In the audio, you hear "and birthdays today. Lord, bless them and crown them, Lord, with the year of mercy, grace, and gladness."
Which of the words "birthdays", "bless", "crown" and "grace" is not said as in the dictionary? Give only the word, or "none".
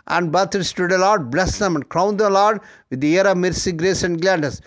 birthdays